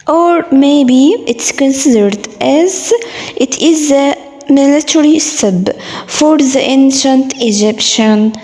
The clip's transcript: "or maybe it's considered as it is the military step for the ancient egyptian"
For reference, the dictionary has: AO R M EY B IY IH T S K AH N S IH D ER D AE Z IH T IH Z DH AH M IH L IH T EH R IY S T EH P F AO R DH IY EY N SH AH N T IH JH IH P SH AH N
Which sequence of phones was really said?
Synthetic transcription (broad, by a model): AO R M EY B IY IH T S K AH N S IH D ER D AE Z IH T IH Z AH M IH L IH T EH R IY S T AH B F AO R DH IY EY N SH AH N T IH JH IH P SH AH N